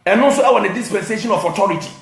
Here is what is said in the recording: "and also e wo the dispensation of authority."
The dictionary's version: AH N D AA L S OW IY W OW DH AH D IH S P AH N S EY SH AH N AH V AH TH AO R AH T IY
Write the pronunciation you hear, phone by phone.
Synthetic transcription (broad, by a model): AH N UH S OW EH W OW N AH D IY S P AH N S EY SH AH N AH F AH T AO R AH T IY